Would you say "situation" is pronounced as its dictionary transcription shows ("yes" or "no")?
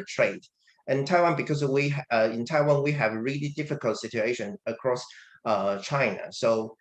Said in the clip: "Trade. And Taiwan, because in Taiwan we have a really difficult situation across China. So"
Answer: yes